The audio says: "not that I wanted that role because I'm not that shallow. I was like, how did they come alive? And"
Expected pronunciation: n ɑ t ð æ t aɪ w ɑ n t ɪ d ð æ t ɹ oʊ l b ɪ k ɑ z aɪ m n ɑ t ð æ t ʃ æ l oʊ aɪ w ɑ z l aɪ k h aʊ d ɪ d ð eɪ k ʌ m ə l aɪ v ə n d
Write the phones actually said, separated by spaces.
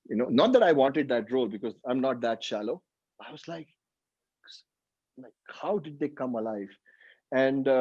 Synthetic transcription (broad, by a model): n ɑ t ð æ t aɪ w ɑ n t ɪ d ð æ t ɹ oʊ l b ɪ k ɑ z aɪ m n ɑ t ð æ t ʃ æ l oʊ aɪ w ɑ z l aɪ k h aʊ d ɪ d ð eɪ k ʌ m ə l aɪ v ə n d